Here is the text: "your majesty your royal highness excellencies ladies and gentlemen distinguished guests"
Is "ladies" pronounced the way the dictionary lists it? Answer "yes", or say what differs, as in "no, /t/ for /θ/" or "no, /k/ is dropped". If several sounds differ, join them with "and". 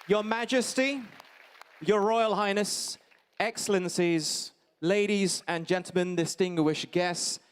yes